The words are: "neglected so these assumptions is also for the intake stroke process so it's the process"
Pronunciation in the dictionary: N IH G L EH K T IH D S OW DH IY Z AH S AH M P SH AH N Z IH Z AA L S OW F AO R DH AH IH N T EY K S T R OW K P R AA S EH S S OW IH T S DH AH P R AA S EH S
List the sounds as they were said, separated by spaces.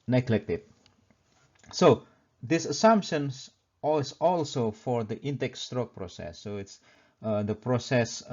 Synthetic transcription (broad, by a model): N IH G L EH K T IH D S OW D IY S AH S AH M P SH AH N S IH S AA L S OW F AO R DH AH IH N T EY K S T R OW K P R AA S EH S S OW IH T S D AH P R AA S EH S